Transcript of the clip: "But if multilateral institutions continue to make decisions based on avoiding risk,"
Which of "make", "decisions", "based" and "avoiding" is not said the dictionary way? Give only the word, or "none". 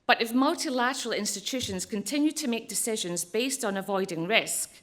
none